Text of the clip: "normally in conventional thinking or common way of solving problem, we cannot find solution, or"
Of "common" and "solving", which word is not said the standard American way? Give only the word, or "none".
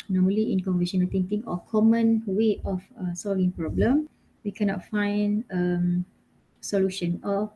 none